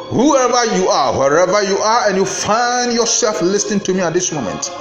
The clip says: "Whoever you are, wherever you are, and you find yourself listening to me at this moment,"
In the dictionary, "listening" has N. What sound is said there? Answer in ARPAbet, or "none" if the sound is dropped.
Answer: N